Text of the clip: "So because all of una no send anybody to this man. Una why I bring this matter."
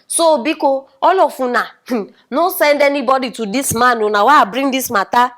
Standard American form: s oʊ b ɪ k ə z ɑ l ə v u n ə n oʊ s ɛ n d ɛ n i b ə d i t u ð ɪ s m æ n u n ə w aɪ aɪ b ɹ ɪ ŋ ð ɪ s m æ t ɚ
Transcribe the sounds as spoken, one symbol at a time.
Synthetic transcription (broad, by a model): s oʊ b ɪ k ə ɑ l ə f u n ə n oʊ s ɛ n d ɛ n i b ə d i t u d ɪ s m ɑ n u n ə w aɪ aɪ b ɹ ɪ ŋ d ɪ s m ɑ t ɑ